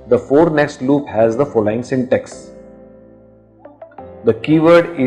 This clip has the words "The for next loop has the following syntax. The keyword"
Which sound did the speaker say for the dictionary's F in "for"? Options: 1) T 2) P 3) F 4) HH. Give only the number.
3